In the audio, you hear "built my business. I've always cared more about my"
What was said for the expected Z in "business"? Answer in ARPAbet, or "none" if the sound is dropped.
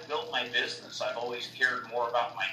Z